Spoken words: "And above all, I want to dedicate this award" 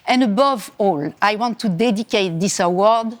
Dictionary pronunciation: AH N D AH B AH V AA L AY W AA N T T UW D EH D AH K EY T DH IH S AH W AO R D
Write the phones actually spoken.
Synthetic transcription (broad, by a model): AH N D AH B AH V AA L AY W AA N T T UW D EH D AH K EY T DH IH S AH W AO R D